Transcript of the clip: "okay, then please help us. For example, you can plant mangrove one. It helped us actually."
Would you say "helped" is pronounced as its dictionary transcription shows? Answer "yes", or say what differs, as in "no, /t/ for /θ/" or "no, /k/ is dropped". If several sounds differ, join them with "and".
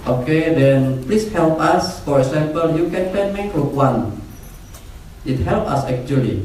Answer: no, /t/ is dropped